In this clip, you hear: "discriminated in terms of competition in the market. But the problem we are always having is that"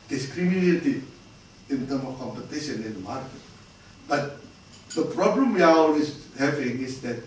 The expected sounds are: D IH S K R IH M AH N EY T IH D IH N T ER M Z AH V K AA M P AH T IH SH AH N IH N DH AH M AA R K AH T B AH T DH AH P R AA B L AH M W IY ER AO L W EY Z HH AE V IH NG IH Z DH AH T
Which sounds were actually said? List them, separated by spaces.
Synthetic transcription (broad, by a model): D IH S K R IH M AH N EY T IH IH N T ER M AH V K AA M P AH T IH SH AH N IH N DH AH M AA R K AH T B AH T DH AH P R AA B L AH M W IY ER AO L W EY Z HH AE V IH NG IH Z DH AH T